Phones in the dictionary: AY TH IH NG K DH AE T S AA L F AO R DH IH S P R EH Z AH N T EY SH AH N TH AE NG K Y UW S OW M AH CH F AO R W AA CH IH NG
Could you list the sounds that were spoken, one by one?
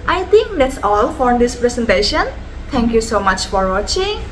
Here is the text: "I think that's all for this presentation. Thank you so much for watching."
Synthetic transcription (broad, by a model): AY T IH NG K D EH T S AA L F AO R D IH S P R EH S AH N T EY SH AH N T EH NG K Y UW S OW M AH CH F AO R W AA CH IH NG